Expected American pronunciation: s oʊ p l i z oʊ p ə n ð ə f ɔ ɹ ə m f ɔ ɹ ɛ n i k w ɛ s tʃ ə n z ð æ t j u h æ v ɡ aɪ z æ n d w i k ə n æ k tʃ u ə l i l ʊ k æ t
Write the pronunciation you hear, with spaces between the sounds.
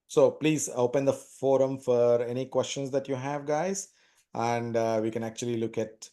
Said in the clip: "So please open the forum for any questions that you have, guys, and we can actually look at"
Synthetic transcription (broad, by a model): s oʊ p l i z oʊ p ə n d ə f ɔ ɹ ə m f ɔ ɹ ɛ n i k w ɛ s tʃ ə n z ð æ t j u h æ v ɡ aɪ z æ n d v i k ə n æ k tʃ u ə l i l ʊ k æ t